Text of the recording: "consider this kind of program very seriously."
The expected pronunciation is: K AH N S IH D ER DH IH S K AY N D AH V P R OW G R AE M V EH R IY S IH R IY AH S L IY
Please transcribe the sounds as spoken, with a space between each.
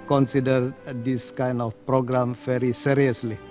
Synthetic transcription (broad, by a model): K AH N S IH D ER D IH S K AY N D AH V P R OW G R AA M F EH R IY S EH R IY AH S L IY